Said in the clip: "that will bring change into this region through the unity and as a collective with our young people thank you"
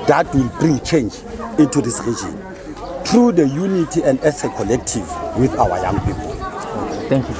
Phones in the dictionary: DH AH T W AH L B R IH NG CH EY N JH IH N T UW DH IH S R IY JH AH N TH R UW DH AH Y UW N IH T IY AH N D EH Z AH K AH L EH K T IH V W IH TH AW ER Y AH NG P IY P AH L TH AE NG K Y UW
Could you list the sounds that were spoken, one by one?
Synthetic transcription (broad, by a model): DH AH T W AH L B R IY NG CH EY N JH IH N T UW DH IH S R IY JH AH N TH R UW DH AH Y UW N IH T IY AH N D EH S AH K AH L EH K T IH V W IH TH AW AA Y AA NG P IY P AH L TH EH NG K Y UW